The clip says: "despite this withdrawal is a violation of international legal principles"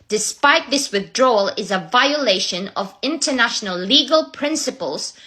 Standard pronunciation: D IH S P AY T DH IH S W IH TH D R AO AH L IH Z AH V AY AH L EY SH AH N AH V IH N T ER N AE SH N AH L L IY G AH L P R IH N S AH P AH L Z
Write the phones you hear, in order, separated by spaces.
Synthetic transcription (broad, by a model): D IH S P AY T DH IH S W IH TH D R AO L IH Z AH V AY AH L EY SH AH N AH V IH N T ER N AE SH N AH L L IY G AH L P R IH N S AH P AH L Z